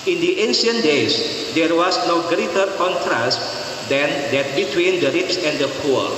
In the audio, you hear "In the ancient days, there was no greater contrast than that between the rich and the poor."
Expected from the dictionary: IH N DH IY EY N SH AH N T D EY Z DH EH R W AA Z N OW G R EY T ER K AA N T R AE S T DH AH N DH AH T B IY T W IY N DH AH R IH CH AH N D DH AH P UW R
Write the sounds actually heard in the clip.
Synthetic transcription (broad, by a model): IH N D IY EY N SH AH N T D EY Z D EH R W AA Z N OW G R EY T ER K AA N T R AE S T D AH N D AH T B IY T W IY N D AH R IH S AH N D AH P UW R